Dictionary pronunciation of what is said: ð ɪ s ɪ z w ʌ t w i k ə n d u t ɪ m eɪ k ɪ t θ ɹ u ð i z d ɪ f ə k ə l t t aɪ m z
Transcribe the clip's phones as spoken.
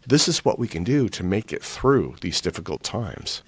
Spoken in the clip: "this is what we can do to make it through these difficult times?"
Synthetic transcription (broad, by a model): ð ɪ s ɪ z w ʌ t w i k ə n d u t ɪ m eɪ k ɪ t θ ɹ u ð i z d ɪ f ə k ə l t t aɪ m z